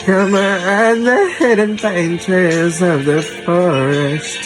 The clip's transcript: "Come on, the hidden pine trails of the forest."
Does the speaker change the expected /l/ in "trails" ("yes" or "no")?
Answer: yes